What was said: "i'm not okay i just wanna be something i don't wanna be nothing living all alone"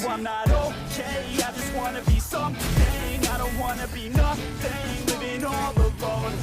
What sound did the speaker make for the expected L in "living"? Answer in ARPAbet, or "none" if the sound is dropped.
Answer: W